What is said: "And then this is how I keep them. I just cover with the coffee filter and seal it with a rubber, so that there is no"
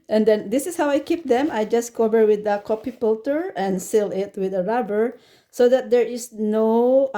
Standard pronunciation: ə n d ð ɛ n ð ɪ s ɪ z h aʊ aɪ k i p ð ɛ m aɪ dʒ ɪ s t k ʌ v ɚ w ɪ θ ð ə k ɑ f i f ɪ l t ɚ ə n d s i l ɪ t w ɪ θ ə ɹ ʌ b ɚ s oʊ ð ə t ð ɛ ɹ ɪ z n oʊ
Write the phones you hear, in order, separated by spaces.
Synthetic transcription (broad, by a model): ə n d ɛ n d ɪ s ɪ s h aʊ aɪ k i p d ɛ m aɪ dʒ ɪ s k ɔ v ɚ w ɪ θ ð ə k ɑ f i p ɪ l t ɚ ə n s i l ɪ t w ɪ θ ə ɹ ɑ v ɚ s oʊ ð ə t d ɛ ɹ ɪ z n oʊ